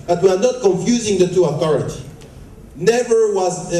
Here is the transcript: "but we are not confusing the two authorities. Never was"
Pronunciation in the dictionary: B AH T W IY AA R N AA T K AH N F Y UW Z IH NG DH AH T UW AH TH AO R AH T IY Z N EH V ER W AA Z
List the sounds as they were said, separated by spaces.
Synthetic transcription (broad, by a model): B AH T W IY AA R N AA T K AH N F Y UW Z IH NG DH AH T UW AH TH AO R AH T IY N EH V ER W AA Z